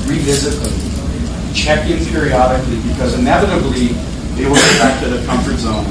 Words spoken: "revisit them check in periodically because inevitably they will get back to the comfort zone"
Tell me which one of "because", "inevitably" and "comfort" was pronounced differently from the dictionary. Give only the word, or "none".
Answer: none